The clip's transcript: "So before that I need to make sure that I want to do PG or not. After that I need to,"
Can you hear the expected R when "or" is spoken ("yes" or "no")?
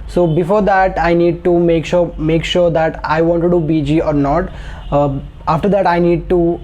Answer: yes